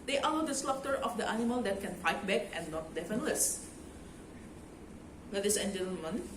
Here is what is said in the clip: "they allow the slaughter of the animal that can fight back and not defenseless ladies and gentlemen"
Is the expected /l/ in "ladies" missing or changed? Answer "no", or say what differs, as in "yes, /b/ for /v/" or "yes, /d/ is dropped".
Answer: yes, /w/ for /l/